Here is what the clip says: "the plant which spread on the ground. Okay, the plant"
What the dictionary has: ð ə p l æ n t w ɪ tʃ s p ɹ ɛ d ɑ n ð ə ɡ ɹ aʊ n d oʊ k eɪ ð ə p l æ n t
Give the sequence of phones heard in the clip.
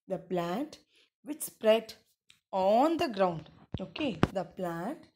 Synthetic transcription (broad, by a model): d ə p l æ n t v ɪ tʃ s p ɹ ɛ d ɑ n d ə ɡ ɹ aʊ n d oʊ k eɪ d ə p l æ n t